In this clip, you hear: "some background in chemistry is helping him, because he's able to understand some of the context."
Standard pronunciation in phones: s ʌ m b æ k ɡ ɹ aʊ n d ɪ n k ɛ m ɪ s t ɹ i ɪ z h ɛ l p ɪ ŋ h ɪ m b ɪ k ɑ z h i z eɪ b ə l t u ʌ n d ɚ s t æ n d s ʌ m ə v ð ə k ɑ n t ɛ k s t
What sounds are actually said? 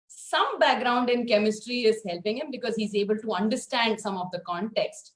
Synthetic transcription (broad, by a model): s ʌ m b æ k ɡ ɹ aʊ n d ɪ n k ɛ m ɪ s t ɹ i ɪ z h ɛ l p ɪ ŋ h ɪ m b ɪ k ɑ z h i z eɪ b ə l t u ʌ n d ɚ s t æ n d s ʌ m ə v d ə k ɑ n t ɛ k s t